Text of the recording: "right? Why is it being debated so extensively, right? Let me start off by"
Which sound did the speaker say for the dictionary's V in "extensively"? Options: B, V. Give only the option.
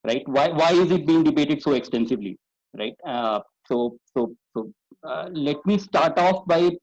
V